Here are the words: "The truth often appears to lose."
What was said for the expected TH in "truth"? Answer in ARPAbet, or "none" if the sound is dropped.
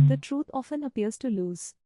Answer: T